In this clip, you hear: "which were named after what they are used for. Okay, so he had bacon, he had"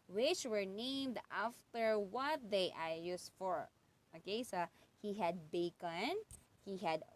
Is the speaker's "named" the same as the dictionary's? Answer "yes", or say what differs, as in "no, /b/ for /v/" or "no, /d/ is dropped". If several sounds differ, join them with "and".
yes